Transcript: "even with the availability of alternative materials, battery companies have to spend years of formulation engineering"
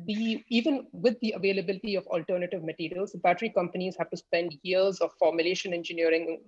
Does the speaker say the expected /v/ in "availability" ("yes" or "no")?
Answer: yes